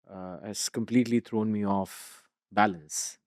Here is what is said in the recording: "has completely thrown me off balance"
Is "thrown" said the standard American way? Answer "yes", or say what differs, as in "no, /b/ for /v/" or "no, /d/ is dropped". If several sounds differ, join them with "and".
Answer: no, /t/ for /θ/